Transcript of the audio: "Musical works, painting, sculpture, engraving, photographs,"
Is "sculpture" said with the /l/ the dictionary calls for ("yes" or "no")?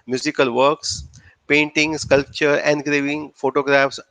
yes